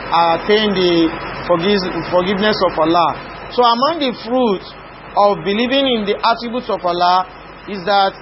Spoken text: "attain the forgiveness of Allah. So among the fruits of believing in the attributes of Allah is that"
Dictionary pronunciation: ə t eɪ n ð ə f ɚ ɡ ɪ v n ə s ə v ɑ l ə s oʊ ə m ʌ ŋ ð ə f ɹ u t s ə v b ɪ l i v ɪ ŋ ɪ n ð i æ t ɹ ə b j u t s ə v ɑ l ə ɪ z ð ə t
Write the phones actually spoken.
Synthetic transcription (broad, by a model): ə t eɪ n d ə f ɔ ɡ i v n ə s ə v ɑ l ə s oʊ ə m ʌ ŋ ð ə f ɹ u t ə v b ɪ l i v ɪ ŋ ɪ n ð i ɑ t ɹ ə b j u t s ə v ɑ l ə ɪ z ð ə t